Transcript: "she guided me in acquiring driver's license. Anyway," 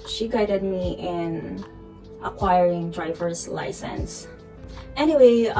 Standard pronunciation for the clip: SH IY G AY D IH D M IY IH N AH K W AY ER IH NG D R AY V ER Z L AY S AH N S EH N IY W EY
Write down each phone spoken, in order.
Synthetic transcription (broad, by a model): SH IY G AY D IH D M IY IH N AH K W AY ER IH NG D R AY V ER Z L AY S AH N S EH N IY W EY